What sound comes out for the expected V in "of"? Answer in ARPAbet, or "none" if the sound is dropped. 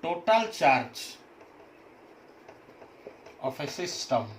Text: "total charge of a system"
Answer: P